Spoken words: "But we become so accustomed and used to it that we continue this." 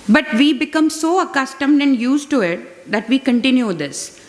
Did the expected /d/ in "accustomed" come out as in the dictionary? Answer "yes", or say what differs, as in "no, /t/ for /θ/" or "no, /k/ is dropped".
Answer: yes